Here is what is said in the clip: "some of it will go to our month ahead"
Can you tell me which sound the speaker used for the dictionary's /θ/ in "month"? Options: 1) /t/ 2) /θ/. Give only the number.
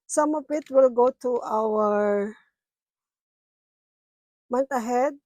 1